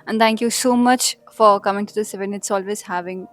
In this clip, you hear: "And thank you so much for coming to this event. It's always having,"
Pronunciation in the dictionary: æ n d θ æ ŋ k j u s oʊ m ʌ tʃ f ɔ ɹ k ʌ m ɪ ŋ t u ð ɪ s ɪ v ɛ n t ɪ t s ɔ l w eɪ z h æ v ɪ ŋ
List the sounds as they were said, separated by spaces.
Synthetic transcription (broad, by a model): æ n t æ ŋ k j u s oʊ m ʌ tʃ f ɔ ɹ k ʌ m ɪ ŋ t u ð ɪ s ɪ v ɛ n ɪ t s ɔ l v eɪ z h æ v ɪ ŋ